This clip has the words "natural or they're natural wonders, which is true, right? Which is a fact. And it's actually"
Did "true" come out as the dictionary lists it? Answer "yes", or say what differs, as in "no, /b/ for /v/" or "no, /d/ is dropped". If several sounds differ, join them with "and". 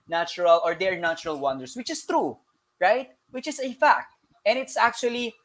yes